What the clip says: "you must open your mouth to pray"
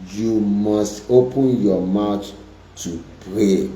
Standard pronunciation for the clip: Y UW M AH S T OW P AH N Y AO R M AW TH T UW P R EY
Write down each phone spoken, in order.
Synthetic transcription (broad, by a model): Y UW M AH S T OW P AH N Y AO M AW T T UW P R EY